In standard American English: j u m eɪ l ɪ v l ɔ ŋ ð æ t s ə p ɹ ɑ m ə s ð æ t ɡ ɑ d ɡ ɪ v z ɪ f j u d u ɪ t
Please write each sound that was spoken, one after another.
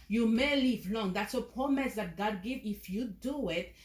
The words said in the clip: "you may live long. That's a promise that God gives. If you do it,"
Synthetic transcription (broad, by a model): j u m eɪ l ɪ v l ɔ ŋ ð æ t s ə p ɹ ɑ m ə s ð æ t ɡ ɑ d ɡ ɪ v ɪ f j u d u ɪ t